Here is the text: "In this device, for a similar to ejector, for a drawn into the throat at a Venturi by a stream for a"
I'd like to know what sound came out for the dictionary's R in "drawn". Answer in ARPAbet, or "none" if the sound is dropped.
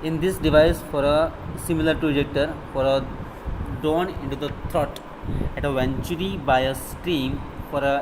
none